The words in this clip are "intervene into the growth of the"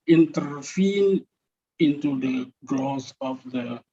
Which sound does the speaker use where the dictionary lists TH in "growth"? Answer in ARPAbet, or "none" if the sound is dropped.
S